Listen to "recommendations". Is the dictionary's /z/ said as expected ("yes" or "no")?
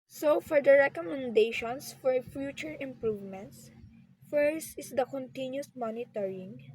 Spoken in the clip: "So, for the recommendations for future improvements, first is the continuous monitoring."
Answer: no